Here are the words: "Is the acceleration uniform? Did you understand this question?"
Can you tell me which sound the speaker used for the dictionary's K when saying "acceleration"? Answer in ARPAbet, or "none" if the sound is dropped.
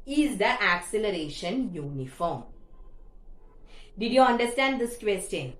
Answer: K